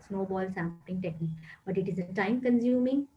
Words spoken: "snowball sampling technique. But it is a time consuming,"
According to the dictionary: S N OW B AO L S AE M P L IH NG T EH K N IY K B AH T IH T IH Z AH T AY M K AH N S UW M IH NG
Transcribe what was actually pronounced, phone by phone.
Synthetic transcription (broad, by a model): S N OW B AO L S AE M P IH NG T EH K N IY K B AH T IH T IH Z AH T AY M K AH N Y UW M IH NG